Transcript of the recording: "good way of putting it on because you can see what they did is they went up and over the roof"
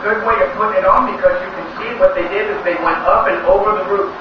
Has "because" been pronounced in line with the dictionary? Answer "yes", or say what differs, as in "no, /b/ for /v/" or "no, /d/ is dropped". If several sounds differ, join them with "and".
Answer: yes